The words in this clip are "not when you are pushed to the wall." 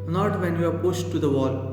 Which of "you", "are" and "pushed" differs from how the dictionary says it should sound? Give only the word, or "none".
pushed